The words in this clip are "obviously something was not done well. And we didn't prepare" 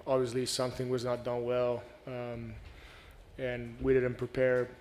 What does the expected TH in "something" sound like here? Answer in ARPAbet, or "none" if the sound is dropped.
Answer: TH